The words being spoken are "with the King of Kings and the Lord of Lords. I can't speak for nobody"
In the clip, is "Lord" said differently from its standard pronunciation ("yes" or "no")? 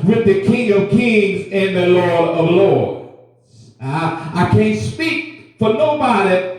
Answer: no